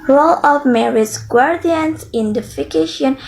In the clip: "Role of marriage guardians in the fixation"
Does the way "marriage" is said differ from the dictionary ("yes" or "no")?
yes